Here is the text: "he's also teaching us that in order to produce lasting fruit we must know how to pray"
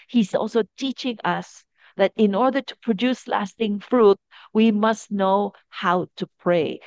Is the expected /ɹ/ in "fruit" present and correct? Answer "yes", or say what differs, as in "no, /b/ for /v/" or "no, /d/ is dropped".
yes